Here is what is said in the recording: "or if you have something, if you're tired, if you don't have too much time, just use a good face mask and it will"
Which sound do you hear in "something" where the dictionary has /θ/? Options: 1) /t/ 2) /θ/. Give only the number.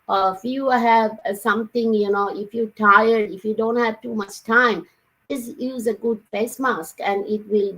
1